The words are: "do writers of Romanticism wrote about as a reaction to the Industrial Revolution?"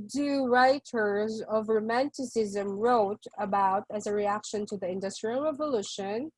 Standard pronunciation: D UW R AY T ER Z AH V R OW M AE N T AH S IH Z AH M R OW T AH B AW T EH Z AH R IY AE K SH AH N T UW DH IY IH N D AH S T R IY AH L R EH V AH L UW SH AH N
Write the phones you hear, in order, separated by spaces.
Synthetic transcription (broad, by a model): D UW R AY T ER Z AH V R OW M AE N T AH S IH Z AH M R OW T AH B AW T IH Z AH R IY AE K SH AH N T UW DH IY IH N D AH S T R IY AH L R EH V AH L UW SH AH N